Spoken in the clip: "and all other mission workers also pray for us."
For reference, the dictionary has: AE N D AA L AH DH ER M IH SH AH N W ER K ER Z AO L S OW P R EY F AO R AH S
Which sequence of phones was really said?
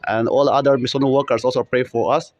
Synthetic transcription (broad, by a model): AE N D AA L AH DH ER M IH S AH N W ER K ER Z AO L S OW P R EY F AO R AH S